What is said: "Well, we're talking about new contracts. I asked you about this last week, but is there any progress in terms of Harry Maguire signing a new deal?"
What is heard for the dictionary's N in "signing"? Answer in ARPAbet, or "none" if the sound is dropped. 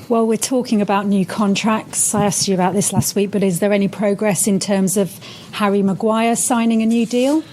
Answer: N